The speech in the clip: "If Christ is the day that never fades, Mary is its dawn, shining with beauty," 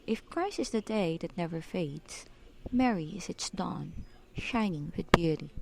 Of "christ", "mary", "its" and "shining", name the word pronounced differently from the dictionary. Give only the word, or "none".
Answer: christ